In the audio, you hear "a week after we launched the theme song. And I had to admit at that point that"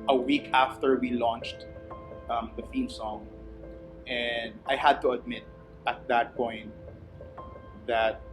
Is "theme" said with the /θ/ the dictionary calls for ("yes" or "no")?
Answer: no